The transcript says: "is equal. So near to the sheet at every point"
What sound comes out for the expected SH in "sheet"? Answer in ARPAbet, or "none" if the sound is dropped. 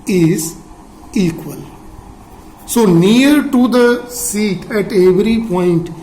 S